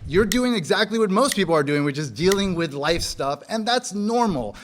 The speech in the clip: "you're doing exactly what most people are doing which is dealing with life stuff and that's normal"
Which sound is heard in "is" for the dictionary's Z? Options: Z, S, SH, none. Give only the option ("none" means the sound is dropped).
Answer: Z